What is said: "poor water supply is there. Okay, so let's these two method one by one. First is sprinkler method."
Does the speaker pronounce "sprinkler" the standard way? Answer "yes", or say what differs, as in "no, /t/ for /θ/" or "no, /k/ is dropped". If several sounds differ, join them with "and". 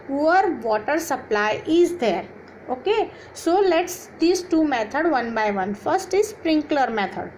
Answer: yes